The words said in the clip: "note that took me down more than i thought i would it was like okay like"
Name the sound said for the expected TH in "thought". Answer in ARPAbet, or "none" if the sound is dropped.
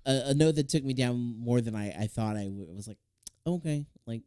TH